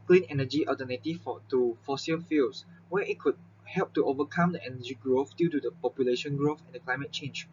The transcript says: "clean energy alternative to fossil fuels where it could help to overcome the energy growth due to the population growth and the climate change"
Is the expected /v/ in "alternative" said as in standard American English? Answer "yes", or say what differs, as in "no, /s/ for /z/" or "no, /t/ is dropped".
no, /f/ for /v/